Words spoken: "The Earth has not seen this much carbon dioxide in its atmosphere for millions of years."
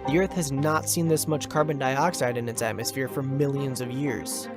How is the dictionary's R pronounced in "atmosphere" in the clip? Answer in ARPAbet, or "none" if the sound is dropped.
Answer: R